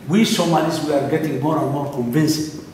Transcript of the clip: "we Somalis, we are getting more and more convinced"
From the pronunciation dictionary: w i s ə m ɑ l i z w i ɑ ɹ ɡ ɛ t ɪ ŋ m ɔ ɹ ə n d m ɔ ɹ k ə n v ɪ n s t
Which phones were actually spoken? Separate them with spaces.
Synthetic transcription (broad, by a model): w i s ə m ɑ n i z w i ɑ ɹ ɡ ɛ t ɪ ŋ m ɔ ɹ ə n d m ɔ ɹ k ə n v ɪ n s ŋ